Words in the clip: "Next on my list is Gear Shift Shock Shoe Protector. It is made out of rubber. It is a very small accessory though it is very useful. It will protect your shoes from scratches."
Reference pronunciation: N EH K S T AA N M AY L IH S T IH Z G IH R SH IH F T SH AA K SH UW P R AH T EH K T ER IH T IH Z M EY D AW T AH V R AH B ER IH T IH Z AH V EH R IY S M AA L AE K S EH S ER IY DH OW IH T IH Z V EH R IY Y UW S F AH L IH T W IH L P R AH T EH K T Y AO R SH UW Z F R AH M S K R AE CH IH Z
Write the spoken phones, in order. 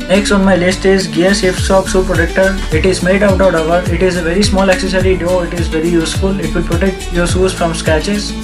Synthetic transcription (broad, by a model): N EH K S T AA N M AY L IH S T IH Z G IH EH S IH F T S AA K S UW P R AH T EH K T ER IH T IH Z M EY D AW T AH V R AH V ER IH T IH Z AH V EH R IY S M AA L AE K S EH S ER IY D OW IH T IH Z V EH R IY Y UW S F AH L IH T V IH L P R AH T EH K T Y AO R S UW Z F R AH M S K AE CH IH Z